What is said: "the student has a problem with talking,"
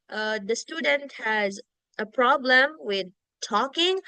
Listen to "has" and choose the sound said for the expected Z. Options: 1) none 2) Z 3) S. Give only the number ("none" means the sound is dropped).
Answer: 2